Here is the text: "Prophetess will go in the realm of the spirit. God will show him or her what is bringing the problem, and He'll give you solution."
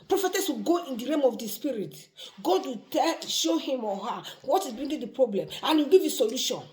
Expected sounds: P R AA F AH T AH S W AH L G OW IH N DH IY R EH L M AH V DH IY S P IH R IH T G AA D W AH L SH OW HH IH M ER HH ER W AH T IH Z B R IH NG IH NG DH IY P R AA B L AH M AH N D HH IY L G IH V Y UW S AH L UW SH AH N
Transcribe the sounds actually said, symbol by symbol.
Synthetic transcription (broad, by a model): P R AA F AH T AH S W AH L G OW IH N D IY R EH M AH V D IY S P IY R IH T G AA D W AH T SH OW HH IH M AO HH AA W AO T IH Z B R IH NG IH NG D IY P R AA B L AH M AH N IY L G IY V Y UW S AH L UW SH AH N